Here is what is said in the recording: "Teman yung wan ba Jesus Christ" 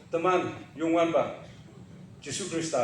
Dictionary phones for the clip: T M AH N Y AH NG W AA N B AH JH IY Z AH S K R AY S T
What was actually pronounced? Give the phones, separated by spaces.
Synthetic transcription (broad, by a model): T M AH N Y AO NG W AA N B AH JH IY S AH K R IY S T